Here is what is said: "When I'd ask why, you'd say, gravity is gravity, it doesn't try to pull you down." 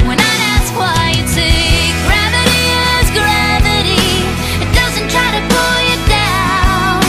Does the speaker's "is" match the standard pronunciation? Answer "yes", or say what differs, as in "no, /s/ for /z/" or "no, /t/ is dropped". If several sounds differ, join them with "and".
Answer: yes